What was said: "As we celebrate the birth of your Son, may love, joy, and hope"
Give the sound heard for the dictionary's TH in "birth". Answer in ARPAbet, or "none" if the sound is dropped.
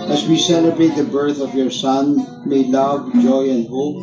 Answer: TH